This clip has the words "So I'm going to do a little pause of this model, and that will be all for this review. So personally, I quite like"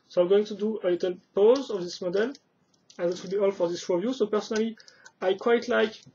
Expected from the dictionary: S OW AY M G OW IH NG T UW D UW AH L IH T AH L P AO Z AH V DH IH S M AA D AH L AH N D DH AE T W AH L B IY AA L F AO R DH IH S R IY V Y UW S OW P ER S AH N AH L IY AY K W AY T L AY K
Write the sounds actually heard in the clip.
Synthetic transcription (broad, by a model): S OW AY M G OW IH NG T UW D UW AH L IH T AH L P AO Z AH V DH IH S M AA D AH L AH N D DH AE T W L B IY AA L F AO R DH IH S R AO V Y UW S OW P ER S AH N AH L IY AY K W AY T L AY K